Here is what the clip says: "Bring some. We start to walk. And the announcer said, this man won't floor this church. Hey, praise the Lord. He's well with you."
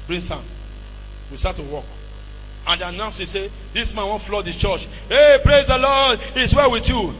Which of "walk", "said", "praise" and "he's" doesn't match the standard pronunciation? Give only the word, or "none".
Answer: he's